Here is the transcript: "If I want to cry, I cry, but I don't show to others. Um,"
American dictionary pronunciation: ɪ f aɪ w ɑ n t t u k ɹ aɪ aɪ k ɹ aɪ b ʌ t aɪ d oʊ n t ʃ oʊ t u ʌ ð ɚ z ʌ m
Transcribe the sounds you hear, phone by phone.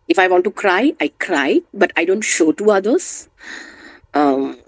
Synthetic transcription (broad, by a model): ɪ f aɪ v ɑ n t t u k ɹ aɪ aɪ k ɹ aɪ b ʌ t aɪ d oʊ n t ʃ oʊ t u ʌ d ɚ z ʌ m